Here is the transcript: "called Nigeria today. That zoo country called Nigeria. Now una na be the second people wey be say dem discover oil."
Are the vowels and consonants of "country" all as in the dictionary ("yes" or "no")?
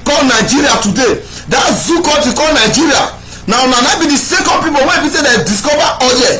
no